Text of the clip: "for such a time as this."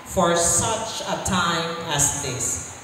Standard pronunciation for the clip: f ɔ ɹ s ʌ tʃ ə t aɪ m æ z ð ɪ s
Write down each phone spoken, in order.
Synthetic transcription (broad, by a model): f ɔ ɹ s ʌ tʃ ə t aɪ m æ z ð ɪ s